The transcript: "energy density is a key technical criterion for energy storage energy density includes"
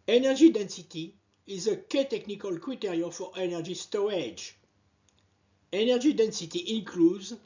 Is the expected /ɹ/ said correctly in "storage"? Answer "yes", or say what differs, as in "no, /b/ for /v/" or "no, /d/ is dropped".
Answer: no, /ɹ/ is dropped